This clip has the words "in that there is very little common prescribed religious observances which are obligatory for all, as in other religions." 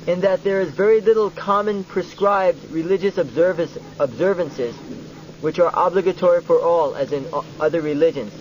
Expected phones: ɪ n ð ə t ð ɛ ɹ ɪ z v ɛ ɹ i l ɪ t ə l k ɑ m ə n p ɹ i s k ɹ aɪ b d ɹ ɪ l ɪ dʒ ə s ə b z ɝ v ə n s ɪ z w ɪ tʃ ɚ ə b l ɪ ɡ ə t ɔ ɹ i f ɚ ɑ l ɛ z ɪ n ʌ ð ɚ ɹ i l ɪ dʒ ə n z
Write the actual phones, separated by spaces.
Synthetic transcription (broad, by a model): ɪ n ð ə t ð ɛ ɹ ɪ z v ɛ ɹ i l ɪ t l k ɑ m ə n p ɹ i s k ɹ aɪ b d ɹ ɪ l ɪ dʒ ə s ə b z ɝ v ə n s ɪ z w ɪ tʃ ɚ ə b l ɪ ɡ ə t ɔ ɹ i f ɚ ɑ l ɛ z ɪ n ʌ ð ɚ ɹ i l ɪ dʒ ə n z